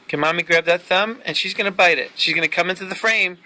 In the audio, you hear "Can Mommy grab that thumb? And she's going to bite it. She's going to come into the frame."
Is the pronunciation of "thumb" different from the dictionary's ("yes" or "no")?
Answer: no